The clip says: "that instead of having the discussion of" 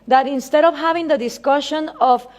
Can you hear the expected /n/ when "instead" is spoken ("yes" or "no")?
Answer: yes